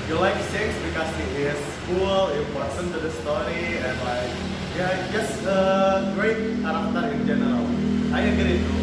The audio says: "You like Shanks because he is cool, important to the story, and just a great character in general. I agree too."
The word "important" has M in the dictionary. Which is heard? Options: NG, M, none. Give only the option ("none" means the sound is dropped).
none